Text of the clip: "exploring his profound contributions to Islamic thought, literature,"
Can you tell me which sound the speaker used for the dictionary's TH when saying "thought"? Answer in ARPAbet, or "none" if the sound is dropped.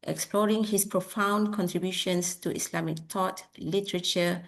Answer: T